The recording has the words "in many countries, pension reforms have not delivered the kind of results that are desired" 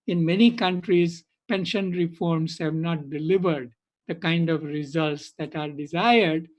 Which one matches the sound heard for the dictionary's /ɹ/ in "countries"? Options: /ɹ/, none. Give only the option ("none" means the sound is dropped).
/ɹ/